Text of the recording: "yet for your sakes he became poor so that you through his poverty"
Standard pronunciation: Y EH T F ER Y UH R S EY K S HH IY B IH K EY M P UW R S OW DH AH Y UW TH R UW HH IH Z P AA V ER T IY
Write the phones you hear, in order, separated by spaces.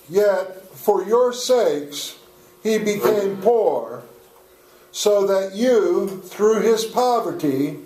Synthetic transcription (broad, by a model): Y EH T F ER Y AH R S EY K S HH IY B IH K EY M P UW R S OW DH AH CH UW TH R UW IH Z P AA V ER T IY